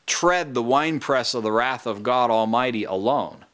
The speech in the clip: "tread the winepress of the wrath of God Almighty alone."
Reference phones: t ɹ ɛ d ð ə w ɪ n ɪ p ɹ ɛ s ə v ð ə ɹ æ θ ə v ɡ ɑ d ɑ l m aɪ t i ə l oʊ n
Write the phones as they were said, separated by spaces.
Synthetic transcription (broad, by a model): t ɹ ɛ d ð ə w ɪ n p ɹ ɛ s ə v ð ə ɹ æ θ ə v ɡ ɑ d ɑ l m aɪ t i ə l oʊ n